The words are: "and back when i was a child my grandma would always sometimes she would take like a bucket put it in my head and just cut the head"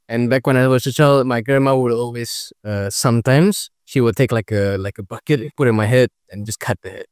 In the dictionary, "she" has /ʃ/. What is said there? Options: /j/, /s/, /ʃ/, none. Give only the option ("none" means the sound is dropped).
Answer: /ʃ/